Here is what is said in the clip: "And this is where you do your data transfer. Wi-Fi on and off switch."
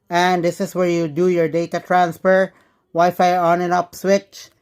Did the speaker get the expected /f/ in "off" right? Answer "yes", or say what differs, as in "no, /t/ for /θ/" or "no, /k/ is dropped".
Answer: no, /p/ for /f/